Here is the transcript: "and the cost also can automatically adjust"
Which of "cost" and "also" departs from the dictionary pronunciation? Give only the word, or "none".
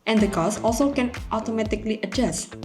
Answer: cost